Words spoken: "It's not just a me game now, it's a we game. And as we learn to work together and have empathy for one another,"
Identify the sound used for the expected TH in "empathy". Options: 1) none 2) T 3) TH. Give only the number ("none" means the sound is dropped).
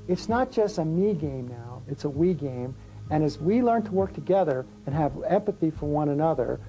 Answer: 3